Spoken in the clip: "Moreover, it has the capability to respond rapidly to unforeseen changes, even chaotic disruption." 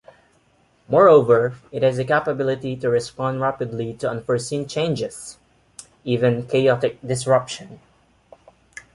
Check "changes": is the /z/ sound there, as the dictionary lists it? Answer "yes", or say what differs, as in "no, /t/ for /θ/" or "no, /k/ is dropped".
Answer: no, /s/ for /z/